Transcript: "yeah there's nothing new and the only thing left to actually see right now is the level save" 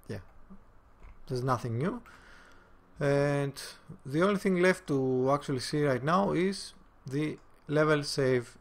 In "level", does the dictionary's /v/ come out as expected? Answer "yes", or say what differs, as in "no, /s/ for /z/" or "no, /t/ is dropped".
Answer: yes